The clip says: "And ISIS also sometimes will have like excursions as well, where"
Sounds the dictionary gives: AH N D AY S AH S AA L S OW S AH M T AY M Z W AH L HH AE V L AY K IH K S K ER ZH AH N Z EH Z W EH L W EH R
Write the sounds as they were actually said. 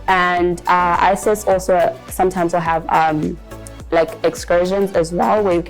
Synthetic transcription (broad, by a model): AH N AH AY S AH S AA L S OW S AH M T AY M Z W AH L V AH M L AY K IH K S K ER ZH AH N Z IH Z W EH L W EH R